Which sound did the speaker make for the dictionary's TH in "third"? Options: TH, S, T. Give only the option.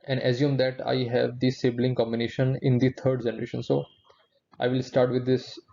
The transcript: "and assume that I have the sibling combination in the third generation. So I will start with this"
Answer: T